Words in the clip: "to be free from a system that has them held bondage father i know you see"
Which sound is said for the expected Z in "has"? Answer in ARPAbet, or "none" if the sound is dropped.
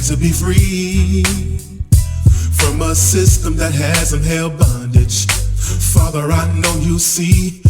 Z